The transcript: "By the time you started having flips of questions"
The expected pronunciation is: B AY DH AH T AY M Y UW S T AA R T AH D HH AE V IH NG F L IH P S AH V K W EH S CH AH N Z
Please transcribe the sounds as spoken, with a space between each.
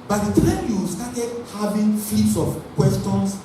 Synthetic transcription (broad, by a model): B AY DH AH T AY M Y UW S T AA T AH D HH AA V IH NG F IY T S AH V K W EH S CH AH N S